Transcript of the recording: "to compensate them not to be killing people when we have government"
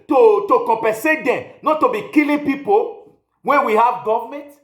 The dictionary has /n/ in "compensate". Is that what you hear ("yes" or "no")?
no